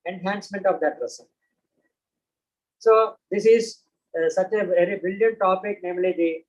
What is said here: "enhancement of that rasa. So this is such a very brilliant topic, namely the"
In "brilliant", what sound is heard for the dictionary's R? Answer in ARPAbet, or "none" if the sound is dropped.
none